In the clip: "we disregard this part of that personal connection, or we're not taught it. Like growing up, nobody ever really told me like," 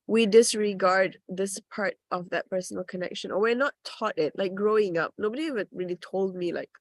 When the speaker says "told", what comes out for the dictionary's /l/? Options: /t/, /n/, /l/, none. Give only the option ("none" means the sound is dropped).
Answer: /l/